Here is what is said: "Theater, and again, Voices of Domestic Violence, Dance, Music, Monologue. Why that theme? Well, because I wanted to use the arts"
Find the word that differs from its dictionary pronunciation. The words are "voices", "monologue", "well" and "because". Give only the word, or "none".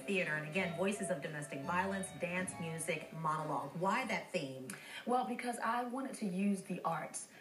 none